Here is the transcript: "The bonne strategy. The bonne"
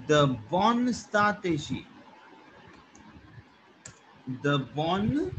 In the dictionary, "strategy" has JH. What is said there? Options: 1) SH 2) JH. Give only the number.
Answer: 1